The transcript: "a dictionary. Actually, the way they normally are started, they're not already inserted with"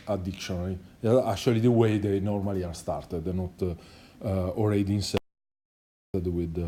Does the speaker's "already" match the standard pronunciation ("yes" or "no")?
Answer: no